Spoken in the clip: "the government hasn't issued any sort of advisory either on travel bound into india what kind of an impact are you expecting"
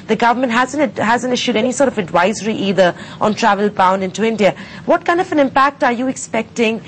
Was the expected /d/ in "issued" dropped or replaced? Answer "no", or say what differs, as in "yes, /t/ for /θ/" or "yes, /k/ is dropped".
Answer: no